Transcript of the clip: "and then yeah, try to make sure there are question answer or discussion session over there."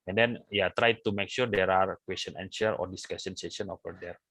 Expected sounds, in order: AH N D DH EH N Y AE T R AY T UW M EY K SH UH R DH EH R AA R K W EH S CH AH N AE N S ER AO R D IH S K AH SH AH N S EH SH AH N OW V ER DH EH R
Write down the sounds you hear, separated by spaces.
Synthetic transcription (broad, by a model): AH N D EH N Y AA T R AY T UW M EY K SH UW R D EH R AA R K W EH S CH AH N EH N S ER AO R D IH S K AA S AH N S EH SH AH N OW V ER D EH R